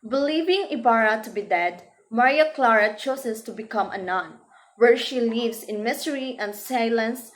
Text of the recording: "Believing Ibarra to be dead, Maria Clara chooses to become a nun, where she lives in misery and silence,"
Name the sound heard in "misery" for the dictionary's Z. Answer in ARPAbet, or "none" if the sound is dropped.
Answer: S